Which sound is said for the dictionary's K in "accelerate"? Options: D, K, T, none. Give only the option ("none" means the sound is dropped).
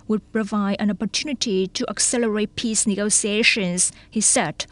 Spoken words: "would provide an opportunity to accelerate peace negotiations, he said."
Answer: K